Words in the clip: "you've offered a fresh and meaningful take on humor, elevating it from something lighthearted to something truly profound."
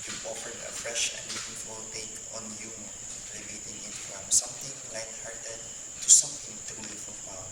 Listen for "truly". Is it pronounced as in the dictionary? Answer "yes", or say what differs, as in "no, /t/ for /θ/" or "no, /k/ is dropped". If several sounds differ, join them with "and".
no, /ɹ/ is dropped